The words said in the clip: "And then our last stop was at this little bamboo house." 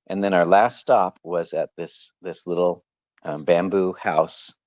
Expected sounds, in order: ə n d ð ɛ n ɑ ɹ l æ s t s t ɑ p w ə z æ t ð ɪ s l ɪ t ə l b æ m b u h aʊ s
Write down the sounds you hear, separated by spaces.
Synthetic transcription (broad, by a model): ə n ð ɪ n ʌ ɹ l æ s t s t ɑ p w ə z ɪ t ð ɪ s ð ɪ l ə l b æ m b u h aʊ s